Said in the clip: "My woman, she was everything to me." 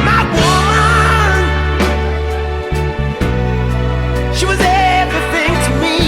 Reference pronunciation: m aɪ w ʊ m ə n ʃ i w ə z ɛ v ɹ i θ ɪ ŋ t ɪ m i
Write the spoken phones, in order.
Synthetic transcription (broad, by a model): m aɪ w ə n ʃ i w ə z ɛ v ɹ i θ ɪ ŋ t ɪ m i